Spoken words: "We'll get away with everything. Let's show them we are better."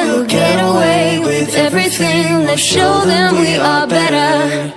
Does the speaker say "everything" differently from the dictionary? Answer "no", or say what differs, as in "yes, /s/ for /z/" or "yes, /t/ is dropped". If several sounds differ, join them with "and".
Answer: no